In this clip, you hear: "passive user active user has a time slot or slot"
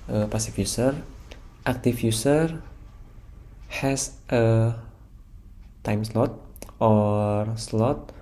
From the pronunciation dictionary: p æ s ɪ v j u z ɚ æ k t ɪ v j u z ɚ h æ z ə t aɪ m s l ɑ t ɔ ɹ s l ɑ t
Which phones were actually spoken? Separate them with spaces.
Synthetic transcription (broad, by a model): p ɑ s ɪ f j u s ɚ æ k t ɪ f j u s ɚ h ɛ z ə t aɪ m s l ɑ t ɔ ɹ s l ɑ t